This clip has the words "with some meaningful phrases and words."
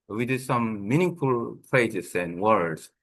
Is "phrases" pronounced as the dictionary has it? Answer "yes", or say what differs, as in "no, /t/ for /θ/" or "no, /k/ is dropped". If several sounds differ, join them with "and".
no, /p/ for /f/